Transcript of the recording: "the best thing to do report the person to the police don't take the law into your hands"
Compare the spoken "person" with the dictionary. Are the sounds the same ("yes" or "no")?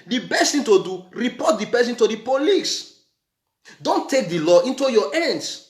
no